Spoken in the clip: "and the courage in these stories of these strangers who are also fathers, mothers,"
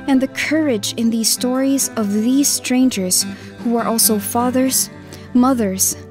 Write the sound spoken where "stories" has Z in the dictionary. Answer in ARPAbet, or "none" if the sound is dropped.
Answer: Z